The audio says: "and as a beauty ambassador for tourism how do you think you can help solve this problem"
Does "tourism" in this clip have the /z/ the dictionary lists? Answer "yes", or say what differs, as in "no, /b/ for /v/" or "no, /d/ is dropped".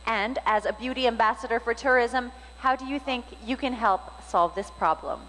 yes